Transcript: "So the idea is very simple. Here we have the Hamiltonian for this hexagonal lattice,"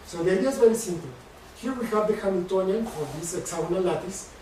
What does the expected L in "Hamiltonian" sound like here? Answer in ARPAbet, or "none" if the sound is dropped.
N